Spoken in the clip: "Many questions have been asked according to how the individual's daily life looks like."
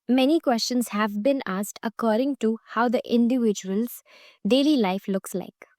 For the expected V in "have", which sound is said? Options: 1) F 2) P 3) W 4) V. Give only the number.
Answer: 4